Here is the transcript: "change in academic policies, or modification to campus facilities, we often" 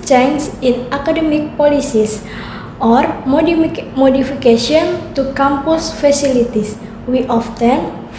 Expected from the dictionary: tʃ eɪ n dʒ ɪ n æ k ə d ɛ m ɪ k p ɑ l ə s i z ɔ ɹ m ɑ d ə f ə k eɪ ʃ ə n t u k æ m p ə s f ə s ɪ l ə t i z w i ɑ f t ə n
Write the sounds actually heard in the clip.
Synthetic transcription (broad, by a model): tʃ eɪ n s ɪ n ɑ k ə d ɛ m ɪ k p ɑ l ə s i s ɔ ɹ m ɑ d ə f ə k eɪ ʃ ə n t u k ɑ m p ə s f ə s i l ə t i s w i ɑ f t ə n